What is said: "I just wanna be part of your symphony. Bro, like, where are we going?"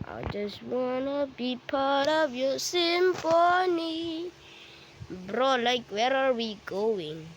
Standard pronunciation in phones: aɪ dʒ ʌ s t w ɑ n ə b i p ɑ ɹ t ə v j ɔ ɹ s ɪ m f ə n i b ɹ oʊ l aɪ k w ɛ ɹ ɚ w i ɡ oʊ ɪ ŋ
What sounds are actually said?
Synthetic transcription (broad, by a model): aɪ dʒ ʌ s t w ɑ n ə b i p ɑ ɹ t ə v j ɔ s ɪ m p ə n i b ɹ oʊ l aɪ k w ɛ ɹ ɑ w i ɡ oʊ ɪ ŋ